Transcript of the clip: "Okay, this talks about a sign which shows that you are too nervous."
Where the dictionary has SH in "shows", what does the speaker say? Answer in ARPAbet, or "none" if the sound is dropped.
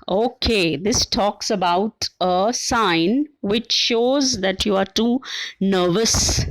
SH